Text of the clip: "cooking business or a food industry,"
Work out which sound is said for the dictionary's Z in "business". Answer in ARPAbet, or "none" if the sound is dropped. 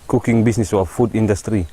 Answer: S